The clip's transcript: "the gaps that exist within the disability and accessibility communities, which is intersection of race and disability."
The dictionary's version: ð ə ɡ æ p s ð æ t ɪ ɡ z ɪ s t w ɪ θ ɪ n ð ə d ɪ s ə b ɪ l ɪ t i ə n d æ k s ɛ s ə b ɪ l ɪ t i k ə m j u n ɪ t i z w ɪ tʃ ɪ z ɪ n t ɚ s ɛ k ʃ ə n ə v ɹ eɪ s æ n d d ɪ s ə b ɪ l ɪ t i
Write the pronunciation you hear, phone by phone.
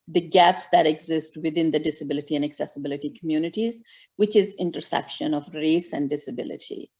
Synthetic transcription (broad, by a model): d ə ɡ æ p s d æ t ɪ ɡ z ɪ s t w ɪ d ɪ n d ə d ɪ s ə b ɪ l ɪ t i ə n d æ k s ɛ s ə b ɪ l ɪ t i k ə m j u n ɪ t i z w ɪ tʃ ɪ z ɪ n t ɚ s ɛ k ʃ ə n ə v ɹ eɪ s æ n d d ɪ s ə b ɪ l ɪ t i